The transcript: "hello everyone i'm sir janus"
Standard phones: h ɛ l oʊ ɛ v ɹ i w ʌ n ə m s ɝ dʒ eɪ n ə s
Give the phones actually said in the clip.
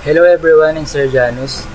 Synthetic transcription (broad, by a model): h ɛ l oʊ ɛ b ɹ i w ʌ n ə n s ɝ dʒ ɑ n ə s